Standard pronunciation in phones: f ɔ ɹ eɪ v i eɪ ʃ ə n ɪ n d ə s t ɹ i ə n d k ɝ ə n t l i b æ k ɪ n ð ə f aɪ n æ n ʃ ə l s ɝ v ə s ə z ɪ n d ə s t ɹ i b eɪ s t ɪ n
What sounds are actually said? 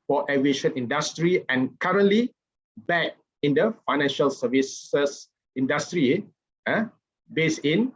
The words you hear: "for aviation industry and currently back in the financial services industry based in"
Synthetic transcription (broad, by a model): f ɔ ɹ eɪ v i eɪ ʃ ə n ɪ n d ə s t ɹ i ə n k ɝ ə n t l i b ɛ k ɪ n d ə f aɪ n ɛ n ʃ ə l s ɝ v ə s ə s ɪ n d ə s t ɹ i b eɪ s ɪ n